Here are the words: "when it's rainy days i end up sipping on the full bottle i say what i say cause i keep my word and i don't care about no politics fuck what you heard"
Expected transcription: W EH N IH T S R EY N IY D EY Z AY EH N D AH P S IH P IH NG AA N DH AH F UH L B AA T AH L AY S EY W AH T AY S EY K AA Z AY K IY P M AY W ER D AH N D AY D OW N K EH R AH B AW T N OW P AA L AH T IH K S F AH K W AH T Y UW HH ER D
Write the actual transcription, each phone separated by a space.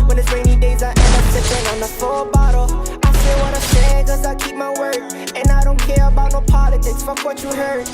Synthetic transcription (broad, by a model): W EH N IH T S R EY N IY D EY Z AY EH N AH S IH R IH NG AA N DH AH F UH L B AA T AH L AY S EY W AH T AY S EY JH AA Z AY K IY P M AY W ER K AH N AY D OW N K EH R AH B AW T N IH P AA L AH T IH K S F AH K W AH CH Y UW HH ER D